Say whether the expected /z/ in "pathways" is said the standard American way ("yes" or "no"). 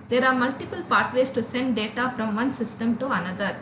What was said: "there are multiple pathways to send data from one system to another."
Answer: no